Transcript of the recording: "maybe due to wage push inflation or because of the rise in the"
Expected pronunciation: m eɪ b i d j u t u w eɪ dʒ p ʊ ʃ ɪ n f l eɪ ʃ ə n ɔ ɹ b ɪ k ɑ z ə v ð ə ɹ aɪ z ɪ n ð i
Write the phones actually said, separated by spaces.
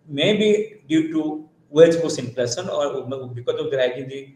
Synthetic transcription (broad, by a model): m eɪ b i d j u t u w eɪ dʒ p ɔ s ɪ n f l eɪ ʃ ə n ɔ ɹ b ɪ k ɑ z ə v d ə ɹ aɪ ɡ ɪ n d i